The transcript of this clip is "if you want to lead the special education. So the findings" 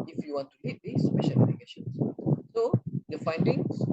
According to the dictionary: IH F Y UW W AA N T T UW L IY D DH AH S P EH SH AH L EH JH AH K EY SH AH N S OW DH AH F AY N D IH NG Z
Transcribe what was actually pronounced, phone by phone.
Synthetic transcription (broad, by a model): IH F Y UW W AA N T T UW L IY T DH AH S P EH SH AH L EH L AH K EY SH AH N S OW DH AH F AY N D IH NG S